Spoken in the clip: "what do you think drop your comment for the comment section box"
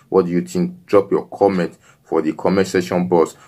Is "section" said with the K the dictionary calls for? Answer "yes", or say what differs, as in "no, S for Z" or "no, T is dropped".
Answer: no, K is dropped